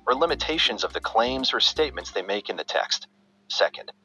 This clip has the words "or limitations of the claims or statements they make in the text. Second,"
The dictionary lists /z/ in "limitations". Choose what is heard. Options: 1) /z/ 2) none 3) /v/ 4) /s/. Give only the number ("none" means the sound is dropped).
1